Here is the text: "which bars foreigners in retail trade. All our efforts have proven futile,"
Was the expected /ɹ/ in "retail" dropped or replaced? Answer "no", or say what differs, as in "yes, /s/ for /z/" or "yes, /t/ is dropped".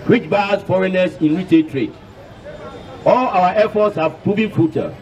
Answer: yes, /w/ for /ɹ/